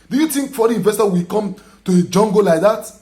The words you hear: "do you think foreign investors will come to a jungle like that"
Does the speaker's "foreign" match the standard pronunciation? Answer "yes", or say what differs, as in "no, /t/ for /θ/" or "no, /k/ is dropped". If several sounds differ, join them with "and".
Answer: no, /n/ is dropped